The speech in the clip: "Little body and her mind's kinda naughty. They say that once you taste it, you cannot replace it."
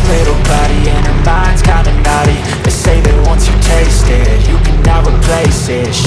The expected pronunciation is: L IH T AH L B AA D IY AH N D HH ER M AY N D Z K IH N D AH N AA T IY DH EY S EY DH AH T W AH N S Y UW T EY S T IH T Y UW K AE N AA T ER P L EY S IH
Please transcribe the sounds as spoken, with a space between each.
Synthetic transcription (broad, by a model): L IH T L B AA D IY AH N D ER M AY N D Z K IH N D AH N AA T IY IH S EY DH AH T W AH N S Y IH T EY S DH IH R Y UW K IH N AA ER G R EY S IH